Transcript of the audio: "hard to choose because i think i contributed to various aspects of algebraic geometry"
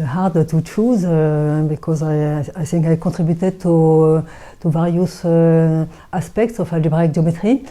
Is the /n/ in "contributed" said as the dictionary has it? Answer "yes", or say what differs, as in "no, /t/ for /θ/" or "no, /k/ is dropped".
no, /n/ is dropped